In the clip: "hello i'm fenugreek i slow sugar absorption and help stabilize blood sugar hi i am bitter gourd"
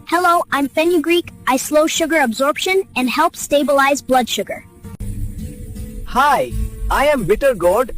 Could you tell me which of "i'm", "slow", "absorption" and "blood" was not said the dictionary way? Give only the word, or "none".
none